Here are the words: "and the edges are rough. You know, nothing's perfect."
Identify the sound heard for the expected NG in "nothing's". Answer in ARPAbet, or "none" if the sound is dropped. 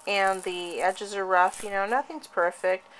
NG